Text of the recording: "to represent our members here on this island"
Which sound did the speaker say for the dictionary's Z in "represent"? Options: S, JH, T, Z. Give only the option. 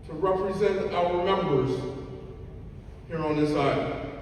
Z